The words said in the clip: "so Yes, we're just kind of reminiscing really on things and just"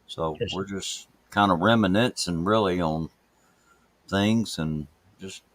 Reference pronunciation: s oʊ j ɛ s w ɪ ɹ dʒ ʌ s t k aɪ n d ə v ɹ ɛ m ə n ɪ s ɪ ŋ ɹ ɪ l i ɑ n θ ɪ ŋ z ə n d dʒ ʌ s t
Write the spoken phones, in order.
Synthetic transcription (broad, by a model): s oʊ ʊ w ɪ ɹ dʒ ʌ s k aɪ n d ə ɹ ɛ m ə n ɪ s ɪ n ɹ ɪ l i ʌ n θ ɪ ŋ z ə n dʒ ʌ s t